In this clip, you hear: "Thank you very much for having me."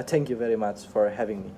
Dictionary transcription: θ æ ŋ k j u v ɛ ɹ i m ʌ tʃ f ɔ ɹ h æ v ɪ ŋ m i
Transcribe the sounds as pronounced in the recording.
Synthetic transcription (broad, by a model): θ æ ŋ k j u v ɛ ɹ i m ʌ tʃ f ɔ ɹ h æ v ɪ ŋ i